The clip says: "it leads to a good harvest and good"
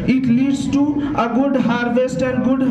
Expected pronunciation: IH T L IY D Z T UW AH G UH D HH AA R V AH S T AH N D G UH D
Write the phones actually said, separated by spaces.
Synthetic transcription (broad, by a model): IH T L IY D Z T UW AH G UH D HH AA R V AH S T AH N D G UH D